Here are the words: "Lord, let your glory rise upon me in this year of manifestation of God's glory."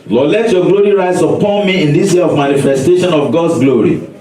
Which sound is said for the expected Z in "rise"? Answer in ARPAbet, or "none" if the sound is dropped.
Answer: S